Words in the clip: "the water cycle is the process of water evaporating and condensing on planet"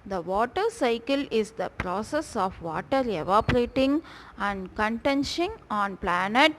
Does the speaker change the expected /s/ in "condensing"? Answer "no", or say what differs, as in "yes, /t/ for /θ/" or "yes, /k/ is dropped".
yes, /ʃ/ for /s/